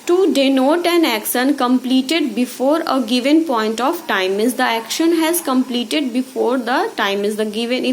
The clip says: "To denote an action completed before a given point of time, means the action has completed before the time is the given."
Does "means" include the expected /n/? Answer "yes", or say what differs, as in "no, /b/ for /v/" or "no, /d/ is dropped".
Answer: no, /n/ is dropped